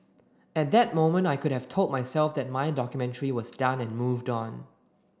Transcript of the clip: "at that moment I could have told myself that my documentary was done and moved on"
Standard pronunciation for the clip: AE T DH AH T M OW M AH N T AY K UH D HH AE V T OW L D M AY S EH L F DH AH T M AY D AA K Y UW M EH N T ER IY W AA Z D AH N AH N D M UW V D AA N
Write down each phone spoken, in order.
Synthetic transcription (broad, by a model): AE T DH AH T M OW M AH N T AY K UH D HH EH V T OW L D M AY S EH L F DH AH T M AY D AA K Y UW M EH N T ER IY W AA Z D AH N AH N M UW V D AA N